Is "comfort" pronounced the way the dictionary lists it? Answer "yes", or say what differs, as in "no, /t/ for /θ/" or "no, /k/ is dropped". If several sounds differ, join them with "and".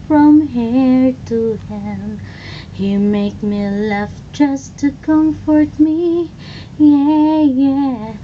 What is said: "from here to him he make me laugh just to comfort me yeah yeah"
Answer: yes